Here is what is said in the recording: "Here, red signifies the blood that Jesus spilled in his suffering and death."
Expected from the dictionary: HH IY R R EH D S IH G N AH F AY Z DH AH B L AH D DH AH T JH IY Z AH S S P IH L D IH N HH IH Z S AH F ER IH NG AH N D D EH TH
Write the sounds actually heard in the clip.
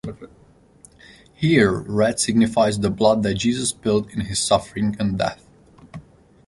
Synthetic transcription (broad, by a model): HH IY R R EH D S IH G N AH F AY Z DH AH B L AH D DH AH T JH IY Z AH S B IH L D IH N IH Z S AH F ER IH NG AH N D D EH TH